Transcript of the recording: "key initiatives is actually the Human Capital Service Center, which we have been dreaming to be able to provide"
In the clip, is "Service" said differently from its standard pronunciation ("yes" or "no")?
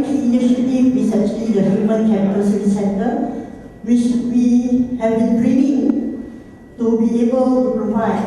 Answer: yes